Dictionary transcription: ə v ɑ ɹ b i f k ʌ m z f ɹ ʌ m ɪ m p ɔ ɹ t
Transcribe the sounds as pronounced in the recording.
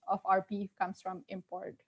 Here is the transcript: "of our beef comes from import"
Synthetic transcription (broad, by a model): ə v ɑ ɹ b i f k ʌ m s f ɹ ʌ m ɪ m p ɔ ɹ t